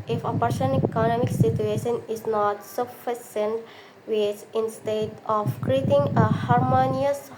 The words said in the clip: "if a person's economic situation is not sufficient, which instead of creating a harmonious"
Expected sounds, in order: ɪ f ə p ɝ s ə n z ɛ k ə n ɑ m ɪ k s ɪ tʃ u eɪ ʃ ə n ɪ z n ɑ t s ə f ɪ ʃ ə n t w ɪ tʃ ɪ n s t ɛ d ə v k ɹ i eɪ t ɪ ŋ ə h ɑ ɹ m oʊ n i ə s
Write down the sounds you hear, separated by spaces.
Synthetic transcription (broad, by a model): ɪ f ə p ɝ ʃ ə n ɛ k ə n ɑ m ɪ k s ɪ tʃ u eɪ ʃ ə n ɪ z n ɑ t s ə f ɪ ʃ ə n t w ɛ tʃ ɪ n s t ɛ d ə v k ɹ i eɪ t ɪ ŋ ə h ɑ ɹ m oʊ n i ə s